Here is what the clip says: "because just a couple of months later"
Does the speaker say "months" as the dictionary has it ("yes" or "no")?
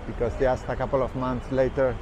no